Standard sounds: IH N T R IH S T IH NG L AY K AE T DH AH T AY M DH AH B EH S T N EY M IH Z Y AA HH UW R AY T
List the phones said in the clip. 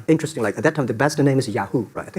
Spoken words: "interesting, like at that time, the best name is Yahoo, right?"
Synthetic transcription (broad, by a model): IH N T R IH S T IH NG L AY K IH T DH AH T AY M DH AH B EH S T N EY M IH Z Y AA HH UW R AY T